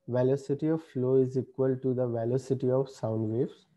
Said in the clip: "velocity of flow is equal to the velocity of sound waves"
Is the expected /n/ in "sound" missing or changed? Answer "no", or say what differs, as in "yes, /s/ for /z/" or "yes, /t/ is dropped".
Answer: no